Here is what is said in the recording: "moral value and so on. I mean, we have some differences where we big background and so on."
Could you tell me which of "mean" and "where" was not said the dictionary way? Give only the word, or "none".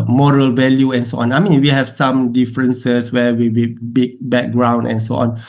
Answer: where